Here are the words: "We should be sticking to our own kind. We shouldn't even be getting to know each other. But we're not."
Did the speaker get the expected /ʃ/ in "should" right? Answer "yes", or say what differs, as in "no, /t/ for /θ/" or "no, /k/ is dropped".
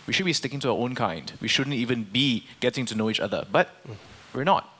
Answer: yes